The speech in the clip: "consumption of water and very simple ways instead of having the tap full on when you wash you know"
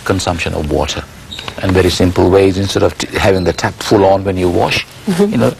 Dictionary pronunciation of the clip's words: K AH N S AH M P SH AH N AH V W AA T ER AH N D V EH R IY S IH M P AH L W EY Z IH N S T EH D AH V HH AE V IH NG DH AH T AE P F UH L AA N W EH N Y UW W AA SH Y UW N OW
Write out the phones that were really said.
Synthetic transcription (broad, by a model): K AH N S AH M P SH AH N AH V W AA T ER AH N V EH R IY S IH M P AH L W EY Z IH N S T EH D AH V HH AE V IH NG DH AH T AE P F UH L AA N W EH N Y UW W AA SH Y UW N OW